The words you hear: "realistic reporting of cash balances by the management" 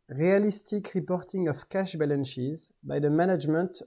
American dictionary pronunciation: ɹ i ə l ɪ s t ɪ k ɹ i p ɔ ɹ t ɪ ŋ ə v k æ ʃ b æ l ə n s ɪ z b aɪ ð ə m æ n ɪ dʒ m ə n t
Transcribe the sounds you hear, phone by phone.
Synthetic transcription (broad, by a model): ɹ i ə l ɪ s t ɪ k ɹ i p ɔ ɹ t ɪ ŋ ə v k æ ʃ b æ l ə n ʃ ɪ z b aɪ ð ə m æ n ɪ dʒ m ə n t